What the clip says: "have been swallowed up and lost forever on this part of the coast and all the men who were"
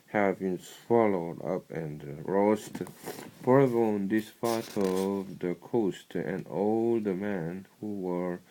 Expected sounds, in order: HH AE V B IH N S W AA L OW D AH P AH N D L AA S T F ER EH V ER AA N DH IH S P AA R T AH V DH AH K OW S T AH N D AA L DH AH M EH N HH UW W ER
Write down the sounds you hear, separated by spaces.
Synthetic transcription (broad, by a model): HH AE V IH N S W AA L OW D AH P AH N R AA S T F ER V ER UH N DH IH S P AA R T AH V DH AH K OW S T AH N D AA L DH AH M EH N HH UW W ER